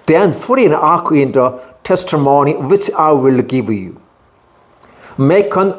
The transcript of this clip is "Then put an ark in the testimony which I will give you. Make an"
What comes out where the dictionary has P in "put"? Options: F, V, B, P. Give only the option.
F